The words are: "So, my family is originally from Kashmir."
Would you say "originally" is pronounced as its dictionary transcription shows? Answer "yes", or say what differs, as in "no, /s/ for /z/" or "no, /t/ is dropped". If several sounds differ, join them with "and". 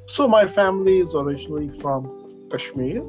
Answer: yes